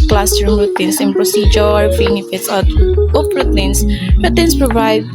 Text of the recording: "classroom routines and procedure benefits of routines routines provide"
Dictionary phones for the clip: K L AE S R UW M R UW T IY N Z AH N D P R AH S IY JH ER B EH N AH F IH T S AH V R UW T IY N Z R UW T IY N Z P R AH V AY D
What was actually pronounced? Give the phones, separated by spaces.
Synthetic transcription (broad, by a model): K L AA S R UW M R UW T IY N S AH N P R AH S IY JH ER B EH N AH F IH T S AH P R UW T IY N S R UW T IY N S P R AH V AY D